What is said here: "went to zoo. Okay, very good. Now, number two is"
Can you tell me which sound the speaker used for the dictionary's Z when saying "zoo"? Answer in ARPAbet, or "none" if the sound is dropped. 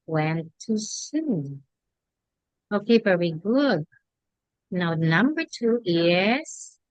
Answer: S